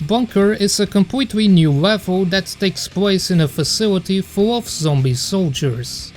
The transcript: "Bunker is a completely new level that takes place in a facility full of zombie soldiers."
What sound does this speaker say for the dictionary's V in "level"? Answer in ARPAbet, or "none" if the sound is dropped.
V